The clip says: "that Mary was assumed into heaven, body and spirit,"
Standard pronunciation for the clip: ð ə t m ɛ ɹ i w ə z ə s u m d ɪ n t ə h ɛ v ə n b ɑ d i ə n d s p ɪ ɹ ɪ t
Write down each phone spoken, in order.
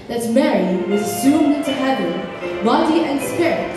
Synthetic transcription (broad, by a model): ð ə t m ɛ ɹ i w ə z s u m ɪ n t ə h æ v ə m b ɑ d i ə n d s p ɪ ɹ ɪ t